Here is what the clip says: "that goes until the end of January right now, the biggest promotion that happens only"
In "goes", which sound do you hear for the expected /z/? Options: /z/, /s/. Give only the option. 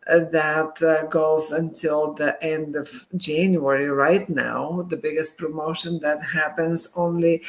/z/